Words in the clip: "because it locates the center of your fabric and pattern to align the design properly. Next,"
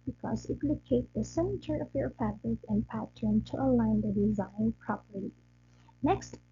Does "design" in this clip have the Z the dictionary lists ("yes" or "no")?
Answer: yes